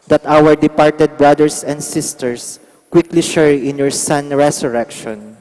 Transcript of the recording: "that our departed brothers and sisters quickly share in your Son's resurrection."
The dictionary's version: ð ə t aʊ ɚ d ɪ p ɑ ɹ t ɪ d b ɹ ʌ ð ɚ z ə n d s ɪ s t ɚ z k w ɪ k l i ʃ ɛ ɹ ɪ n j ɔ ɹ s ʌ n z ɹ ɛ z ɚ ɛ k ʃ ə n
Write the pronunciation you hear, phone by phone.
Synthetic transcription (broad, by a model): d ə t aʊ ɚ d ɪ p ɑ ɹ t ɪ d b ɹ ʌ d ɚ s ə n d s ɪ s t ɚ s k w ɪ k l i ʃ ɛ ɹ ɪ n j ɔ ɹ s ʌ n ɹ ɛ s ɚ ɛ k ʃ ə n